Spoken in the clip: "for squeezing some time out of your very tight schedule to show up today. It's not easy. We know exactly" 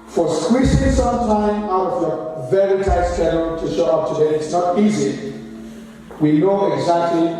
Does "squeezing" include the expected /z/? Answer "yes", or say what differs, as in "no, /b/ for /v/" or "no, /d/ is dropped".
no, /s/ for /z/